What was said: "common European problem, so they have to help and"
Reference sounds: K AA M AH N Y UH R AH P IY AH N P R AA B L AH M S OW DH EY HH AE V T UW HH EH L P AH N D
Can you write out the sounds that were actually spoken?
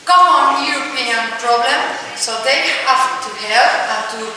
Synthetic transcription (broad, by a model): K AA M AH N Y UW R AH P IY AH N P R AA B L AH M S OW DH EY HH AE F T UW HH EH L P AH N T